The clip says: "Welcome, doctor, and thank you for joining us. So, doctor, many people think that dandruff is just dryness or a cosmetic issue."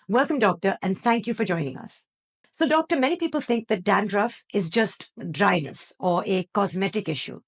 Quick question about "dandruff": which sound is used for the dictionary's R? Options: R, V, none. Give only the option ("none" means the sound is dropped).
R